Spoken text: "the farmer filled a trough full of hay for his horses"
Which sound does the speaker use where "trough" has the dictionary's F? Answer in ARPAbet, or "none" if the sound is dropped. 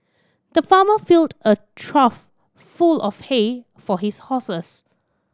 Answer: F